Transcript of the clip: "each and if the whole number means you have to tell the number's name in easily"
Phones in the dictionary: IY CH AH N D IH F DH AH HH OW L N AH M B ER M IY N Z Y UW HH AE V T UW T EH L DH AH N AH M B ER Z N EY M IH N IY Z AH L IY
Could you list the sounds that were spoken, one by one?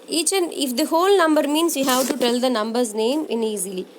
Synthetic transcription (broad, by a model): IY CH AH N IH F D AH HH OW L N AH M B ER M IY N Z Y UW HH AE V T UW T EH L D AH N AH M B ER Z N EY M IH N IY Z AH L IY